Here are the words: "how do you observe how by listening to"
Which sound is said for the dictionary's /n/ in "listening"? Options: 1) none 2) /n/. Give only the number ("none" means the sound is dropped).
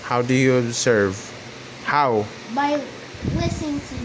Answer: 1